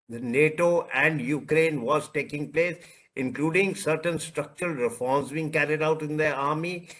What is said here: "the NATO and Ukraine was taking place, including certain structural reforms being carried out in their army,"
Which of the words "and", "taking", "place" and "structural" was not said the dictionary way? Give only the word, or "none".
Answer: none